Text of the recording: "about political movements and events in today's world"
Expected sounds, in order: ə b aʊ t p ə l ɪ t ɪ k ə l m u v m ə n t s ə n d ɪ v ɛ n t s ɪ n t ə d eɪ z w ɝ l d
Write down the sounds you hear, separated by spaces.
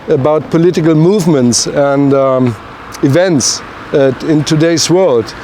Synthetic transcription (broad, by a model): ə b aʊ t p ə l ɪ t ɪ k ə l m u v m ə n t s ə n d ɪ v ɛ n t s ɪ n t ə d eɪ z w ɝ l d